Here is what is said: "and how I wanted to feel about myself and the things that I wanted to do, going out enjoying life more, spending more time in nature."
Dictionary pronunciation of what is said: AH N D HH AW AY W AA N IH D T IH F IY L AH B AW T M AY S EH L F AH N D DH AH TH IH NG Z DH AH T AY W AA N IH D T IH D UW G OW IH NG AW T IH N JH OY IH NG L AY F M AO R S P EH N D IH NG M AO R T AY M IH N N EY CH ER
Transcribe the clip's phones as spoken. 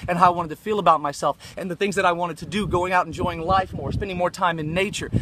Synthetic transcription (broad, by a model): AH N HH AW AY W AA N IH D T IH F IY L AH B AW T M AY S EH L F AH N DH AH TH IH NG Z DH AH T AY W AA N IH D T IH D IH G OW IH NG AW T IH N JH OY IH NG L AY F M AO R S P EH N D IH NG M AO R T AY M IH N N EY CH ER